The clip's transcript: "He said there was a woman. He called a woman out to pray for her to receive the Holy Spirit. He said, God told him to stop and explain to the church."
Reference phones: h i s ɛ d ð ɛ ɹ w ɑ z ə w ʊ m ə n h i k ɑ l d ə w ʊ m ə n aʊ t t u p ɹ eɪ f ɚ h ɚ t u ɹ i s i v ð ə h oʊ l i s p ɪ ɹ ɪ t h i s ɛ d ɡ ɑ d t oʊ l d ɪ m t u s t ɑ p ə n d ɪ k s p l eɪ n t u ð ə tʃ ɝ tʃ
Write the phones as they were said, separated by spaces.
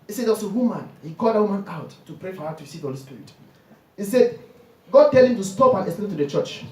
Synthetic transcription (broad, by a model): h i s ɛ d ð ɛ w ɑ s ə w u m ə n h i k ɑ l d ə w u m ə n aʊ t t u p ɹ eɪ f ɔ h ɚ t u ɹ i s i v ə h oʊ l i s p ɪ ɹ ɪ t h i s ɛ d ɡ ɑ d t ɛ l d ɪ m t u s t ɑ p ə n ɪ s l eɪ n t u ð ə tʃ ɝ tʃ